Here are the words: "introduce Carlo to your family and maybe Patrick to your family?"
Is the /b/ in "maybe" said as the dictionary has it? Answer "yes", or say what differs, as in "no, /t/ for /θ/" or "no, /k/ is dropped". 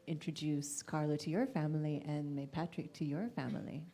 no, /b/ is dropped